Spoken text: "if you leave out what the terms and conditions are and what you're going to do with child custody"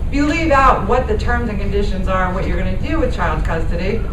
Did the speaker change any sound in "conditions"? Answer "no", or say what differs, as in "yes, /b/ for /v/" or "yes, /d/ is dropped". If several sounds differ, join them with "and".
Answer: no